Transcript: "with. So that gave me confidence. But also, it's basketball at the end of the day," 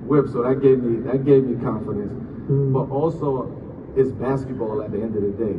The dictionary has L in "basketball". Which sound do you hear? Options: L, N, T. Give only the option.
L